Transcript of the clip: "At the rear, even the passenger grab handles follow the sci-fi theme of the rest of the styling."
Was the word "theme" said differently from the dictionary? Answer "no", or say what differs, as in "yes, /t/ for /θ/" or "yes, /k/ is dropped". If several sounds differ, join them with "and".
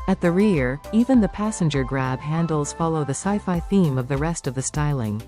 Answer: no